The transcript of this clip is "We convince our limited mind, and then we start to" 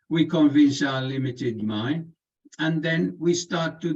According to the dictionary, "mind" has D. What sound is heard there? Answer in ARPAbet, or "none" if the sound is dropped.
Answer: none